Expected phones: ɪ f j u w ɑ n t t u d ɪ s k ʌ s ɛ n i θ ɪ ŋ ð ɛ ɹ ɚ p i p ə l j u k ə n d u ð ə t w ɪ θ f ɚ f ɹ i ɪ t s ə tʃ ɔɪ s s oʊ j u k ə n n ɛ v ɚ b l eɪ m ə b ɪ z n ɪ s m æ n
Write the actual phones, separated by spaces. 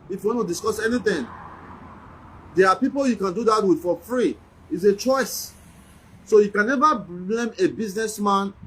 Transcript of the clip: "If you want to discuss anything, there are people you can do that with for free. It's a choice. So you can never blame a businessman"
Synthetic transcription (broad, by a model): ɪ f j u w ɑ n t t u d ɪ s k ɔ s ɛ n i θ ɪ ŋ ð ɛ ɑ p i p ə l j u k ə n d u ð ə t w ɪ f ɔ f ɹ i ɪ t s ə tʃ ɔɪ s s oʊ j u k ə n n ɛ v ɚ b l eɪ m ə b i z n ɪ s m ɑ n